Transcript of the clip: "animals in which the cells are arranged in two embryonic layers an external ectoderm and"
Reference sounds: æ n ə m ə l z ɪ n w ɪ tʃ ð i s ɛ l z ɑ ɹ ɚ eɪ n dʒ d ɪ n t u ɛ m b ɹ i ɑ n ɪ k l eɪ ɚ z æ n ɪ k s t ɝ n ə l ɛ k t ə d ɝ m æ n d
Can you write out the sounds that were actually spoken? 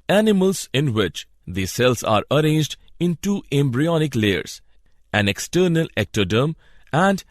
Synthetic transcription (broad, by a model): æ n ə m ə l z ɪ n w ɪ tʃ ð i s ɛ l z ɑ ɹ ɚ eɪ n dʒ d ɪ n t u ɛ m b ɹ i ɑ n ɪ k l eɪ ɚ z æ n ɪ k s t ɝ n ə l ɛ k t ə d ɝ m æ n d